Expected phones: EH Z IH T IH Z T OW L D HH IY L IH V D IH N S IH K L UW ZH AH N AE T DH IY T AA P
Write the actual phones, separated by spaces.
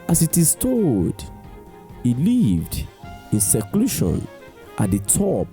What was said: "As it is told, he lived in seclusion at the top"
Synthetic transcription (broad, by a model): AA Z IH T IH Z T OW D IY L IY V D IH N S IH K L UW SH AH N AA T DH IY T AA P